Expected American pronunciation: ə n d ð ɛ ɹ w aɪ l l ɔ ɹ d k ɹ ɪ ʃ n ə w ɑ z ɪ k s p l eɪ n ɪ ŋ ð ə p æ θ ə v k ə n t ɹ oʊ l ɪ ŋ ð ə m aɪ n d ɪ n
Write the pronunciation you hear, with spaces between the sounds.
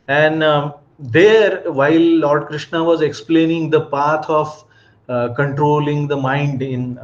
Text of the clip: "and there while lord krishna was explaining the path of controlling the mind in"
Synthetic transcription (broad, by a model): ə n d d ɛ ɹ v aɪ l l ɔ ɹ d k ɹ ɪ ʃ n ə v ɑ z ɪ k s p l eɪ n ɪ ŋ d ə p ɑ t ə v k ə n t ɹ oʊ l ɪ ŋ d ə m aɪ n d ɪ n